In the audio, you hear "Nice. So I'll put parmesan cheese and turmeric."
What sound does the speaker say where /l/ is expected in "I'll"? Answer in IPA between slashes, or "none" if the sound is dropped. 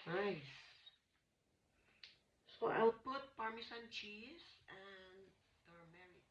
/w/